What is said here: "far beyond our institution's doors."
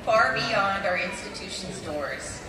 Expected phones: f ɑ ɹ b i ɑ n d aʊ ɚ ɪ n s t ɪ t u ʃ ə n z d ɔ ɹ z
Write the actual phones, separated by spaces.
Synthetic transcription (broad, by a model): f ɑ ɹ b i ɑ n d aʊ ɚ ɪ n s t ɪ t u ʃ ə n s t ɔ ɹ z